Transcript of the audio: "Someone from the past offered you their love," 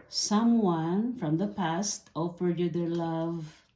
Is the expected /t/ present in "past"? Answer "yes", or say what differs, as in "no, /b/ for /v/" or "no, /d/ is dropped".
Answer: yes